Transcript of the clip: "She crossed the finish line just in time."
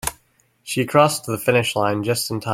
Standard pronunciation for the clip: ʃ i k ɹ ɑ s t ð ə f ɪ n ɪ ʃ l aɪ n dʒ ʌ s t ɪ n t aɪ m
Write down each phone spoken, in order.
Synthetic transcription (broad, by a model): ʃ i k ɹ ɑ s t ð ə f ɪ n ɪ ʃ l aɪ n dʒ ʌ s t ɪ n t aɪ